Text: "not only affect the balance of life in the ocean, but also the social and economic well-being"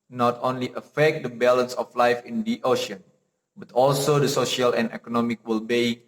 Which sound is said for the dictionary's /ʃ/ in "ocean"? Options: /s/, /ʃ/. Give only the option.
/ʃ/